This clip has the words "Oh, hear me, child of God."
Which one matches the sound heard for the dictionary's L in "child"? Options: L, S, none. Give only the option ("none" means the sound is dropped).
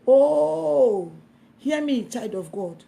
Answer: none